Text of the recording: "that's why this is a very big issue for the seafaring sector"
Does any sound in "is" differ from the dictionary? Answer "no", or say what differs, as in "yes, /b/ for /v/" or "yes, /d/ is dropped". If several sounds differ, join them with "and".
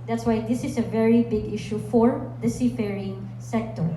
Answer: yes, /s/ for /z/